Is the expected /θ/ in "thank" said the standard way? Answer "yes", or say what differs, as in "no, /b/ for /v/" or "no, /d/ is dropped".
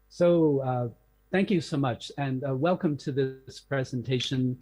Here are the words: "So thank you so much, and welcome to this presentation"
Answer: yes